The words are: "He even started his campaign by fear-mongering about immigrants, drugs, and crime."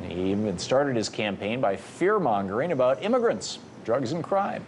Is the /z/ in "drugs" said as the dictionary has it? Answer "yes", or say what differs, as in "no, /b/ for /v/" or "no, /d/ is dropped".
yes